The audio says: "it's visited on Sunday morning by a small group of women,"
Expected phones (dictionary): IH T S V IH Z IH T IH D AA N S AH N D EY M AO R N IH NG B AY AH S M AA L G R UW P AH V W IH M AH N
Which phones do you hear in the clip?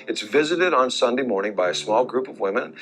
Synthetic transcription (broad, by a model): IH T S V IH Z IH T IH D N S AH N D EY M AO R N IH NG B AY AH S M AA L G R UW P AH V W IH M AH N